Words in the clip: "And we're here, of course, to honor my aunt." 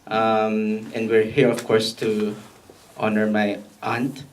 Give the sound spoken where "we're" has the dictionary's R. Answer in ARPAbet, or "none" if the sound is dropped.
R